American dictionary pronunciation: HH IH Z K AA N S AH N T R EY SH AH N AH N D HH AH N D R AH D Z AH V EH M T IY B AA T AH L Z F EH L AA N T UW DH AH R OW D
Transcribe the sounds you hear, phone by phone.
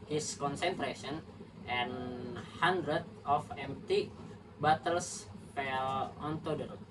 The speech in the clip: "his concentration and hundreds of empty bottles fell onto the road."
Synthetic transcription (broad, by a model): HH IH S K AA N S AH N T R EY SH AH N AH N HH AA N D R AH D AH F EH M T IY B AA T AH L S F EH L AA N T UW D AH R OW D